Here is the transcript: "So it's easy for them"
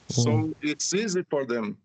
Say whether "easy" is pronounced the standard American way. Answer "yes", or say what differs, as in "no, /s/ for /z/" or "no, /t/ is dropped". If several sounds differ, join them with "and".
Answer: yes